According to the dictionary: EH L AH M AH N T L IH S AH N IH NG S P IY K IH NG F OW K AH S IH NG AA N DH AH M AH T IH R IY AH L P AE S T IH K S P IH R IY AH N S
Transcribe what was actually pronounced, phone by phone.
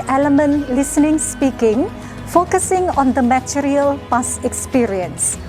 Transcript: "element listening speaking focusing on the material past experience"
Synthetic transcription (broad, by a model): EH L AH M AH N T L IH S AH N IH NG S P IY K IH NG F OW K AH S IH NG AA N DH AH M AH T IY R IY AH L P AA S IH K S P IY R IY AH N S